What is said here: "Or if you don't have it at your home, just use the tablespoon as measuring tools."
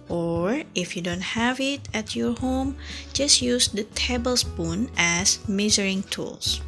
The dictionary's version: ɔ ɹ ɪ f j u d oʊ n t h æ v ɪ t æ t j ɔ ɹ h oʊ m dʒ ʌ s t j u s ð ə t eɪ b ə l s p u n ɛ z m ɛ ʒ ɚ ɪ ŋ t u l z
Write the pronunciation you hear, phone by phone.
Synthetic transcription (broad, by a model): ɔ ɹ ɪ f j u d oʊ n t h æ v ɪ t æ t j ɔ ɹ h oʊ m dʒ ʌ s t j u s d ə t eɪ b ə l s p u n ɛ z m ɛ z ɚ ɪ ŋ t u l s